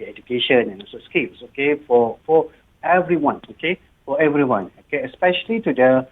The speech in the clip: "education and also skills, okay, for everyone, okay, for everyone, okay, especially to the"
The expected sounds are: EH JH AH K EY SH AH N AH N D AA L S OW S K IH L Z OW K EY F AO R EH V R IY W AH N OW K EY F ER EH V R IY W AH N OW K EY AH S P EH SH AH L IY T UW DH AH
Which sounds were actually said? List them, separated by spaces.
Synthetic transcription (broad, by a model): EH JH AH K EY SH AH N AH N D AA S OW S K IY L S OW K EY F AO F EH V R IY W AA N OW K EY F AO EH V R IY W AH N OW K EY AH S P EH SH AH L IY T UW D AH